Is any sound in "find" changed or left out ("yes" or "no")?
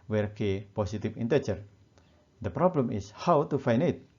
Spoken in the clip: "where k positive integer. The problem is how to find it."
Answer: yes